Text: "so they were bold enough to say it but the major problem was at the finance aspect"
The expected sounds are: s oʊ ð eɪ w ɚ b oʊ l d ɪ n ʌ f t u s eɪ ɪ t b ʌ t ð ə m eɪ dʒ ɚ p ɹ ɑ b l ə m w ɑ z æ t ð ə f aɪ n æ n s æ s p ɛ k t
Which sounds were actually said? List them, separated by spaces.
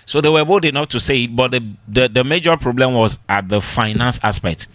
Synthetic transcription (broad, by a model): s oʊ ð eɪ w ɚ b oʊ d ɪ n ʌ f t u s eɪ ɪ t b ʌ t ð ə m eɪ dʒ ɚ p ɹ ɑ b l ə m w ɑ z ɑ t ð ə f aɪ n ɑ n s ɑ s p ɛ k t